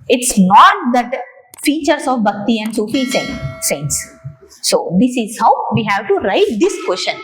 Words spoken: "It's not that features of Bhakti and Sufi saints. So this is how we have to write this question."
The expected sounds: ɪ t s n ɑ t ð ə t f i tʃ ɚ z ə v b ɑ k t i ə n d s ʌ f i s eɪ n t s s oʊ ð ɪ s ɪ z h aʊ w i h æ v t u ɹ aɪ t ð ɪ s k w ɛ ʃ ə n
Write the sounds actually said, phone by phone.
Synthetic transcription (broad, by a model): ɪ t s n ɑ t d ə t f i tʃ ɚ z ə v b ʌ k t i ə n d s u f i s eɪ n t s s oʊ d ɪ s ɪ z h aʊ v i h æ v t u ɹ aɪ t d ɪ s k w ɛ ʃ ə n